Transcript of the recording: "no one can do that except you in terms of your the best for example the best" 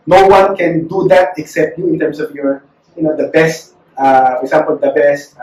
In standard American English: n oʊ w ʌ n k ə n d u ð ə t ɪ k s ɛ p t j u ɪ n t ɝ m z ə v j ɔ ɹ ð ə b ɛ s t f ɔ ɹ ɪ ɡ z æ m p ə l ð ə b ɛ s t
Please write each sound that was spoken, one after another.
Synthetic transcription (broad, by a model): n oʊ w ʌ n k ə n d u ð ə t ɪ k s ɛ p t j u ɪ n t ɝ m s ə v j ɔ ɹ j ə b ɛ s t f ɔ ɹ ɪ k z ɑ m p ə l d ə b ɛ s t